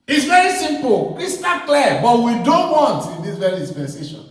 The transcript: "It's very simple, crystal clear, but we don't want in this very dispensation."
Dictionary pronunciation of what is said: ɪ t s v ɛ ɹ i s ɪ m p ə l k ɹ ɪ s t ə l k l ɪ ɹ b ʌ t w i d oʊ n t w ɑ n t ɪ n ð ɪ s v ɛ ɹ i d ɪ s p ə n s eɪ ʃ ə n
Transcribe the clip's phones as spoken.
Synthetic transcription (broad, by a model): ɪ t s v ɛ ɹ i s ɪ m p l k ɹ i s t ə k l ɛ b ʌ t w i d oʊ n t w ɑ n t ɪ n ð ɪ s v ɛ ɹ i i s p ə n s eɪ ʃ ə n